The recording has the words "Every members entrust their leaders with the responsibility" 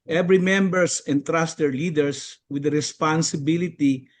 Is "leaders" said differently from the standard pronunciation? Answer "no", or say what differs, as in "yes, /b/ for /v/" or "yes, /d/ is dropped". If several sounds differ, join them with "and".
yes, /s/ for /z/